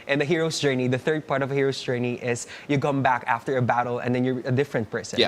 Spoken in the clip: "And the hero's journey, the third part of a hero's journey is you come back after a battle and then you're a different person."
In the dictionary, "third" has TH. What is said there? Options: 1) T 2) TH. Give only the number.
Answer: 2